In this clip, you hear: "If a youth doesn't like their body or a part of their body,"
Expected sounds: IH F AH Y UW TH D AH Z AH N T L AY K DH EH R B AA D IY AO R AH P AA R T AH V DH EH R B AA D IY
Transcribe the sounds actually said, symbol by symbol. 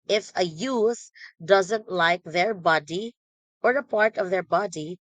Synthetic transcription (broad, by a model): IH F AH Y UW S D AH Z AH N T L AY K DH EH R B AA D IY AO R AH P AA R T AH V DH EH R B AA D IY